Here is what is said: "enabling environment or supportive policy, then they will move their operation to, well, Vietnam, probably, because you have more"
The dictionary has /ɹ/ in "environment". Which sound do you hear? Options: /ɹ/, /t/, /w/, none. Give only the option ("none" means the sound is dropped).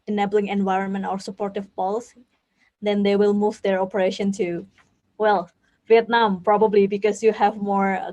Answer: /ɹ/